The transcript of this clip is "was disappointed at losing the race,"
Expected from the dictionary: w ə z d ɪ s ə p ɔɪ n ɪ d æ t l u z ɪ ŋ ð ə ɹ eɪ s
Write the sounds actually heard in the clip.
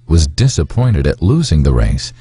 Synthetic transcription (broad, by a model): w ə z d ɪ s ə p ɔɪ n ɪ d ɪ t l u z ɪ ŋ ð ə ɹ eɪ s